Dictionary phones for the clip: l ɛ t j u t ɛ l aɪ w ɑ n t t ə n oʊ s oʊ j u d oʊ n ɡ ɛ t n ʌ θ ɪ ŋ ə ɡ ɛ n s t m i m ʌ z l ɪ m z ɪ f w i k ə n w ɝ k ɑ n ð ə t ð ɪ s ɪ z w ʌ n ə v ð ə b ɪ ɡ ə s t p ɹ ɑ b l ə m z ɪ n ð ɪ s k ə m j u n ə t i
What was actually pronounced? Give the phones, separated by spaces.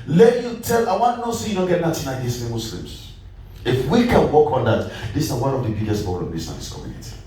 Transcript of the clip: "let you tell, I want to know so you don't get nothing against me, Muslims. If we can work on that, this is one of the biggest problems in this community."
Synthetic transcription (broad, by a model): l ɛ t j u t ɛ l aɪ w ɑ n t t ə n oʊ s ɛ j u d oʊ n ɡ ɛ t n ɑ t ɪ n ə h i s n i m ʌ s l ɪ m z ɪ f w i k ə n w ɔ k ɑ n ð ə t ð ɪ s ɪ w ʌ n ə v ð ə b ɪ ɡ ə s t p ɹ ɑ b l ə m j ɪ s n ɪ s k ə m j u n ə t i